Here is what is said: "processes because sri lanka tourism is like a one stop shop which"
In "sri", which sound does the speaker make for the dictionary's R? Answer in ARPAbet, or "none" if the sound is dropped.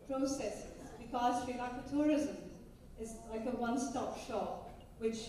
none